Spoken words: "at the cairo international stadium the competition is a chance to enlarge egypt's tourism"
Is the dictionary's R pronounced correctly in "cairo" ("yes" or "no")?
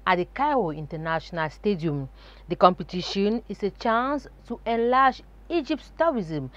no